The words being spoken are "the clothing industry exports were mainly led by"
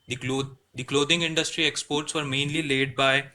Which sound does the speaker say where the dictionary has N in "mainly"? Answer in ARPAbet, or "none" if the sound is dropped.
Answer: N